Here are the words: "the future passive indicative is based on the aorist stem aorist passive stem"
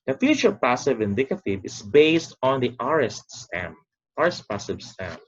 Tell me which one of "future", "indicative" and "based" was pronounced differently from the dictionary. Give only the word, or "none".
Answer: none